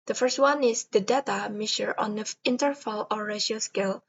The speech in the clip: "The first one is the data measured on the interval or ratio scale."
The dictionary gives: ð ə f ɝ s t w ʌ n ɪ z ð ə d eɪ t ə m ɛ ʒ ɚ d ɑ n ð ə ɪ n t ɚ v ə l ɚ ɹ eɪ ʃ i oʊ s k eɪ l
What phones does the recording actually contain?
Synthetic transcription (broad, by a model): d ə f ɝ s t w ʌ n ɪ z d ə d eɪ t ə m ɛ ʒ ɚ ɑ n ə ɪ n t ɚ f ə l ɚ ɹ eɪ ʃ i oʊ s k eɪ l